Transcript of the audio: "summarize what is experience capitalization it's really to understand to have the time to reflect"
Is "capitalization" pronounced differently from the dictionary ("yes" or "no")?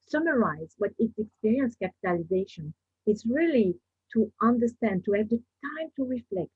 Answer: no